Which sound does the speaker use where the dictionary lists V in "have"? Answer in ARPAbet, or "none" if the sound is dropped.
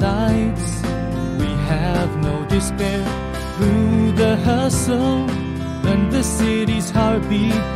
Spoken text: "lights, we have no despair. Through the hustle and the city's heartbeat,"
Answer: V